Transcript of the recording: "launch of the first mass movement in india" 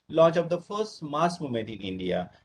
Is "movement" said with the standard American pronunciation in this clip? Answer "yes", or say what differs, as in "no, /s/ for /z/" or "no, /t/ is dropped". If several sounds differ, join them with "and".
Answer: no, /v/ is dropped